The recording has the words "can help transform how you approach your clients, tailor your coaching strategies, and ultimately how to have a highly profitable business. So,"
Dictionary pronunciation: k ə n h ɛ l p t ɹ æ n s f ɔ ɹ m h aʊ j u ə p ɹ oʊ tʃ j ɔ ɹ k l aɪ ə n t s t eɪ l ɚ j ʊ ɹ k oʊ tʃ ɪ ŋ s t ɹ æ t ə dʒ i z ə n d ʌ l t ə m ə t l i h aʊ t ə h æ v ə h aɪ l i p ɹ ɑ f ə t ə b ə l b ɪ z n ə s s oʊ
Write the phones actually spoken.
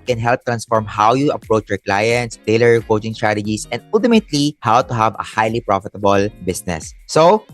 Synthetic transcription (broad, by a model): k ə n h ɛ l p t ɹ æ n s f ɔ ɹ m h aʊ j u ə p ɹ oʊ tʃ j ɔ ɹ k l aɪ ə n t s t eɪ l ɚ ɹ k oʊ tʃ ɪ ŋ s t ɹ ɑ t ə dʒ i s ə n d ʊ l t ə m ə t l i h aʊ t ə h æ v ə h aɪ l i p ɹ ɑ f ə t ə b ə l b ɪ s n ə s s oʊ